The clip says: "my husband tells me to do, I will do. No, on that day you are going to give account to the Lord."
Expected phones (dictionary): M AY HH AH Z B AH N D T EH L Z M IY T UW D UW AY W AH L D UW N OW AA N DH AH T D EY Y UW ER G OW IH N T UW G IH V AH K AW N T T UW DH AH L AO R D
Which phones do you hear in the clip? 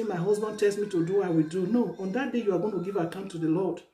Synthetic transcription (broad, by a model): M AY HH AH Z B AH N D T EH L S M IY T UW D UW AY W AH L D UW N OW AA N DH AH T D EY Y UW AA G OW IH N T UW G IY V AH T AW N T T UW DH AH L AO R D